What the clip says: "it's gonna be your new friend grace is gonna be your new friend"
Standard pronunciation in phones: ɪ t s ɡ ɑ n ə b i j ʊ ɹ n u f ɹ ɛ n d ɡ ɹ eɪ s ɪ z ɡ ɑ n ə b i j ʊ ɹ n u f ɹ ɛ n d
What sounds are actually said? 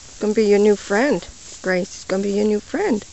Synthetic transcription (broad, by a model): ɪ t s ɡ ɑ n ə b i j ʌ ɹ n u f ɹ ɛ n d ɡ ɹ eɪ s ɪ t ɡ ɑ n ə b i j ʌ ɹ n u f ɹ ɛ n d